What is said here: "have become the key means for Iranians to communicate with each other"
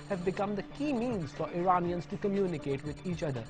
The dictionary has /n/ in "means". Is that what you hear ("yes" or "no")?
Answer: yes